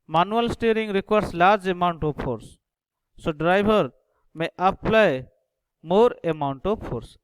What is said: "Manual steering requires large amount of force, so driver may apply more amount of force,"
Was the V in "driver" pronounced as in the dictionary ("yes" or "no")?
no